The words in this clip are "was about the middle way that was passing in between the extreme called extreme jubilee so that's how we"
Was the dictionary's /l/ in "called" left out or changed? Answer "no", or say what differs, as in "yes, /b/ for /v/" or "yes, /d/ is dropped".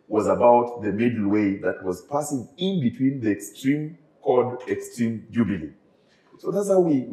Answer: yes, /l/ is dropped